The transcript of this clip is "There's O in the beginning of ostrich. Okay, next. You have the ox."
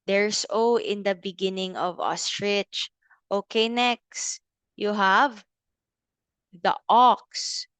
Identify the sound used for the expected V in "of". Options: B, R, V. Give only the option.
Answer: V